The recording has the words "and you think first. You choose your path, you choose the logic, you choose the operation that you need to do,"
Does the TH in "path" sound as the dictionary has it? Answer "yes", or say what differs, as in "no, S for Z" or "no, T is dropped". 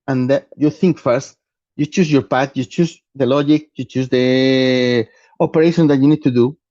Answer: no, T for TH